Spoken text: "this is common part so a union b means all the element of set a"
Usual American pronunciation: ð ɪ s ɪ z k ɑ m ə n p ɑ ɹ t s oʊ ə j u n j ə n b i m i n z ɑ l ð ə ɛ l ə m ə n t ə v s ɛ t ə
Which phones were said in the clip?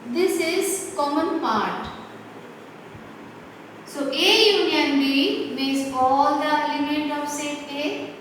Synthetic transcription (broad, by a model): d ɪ s ɪ z k ɑ m ə n p ɑ ɹ t s oʊ ə j u n j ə n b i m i z ɑ l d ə l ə m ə t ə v s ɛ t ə